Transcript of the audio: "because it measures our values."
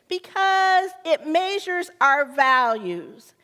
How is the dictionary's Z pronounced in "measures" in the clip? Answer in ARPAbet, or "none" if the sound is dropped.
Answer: Z